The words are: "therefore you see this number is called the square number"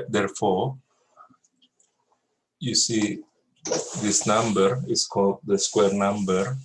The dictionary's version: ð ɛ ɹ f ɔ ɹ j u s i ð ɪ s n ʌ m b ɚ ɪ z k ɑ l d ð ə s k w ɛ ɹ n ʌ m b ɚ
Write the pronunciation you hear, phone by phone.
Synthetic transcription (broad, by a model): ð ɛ ɹ f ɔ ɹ j u s i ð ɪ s n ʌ m b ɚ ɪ s k ɑ l d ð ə s k w ɛ ɹ n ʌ m b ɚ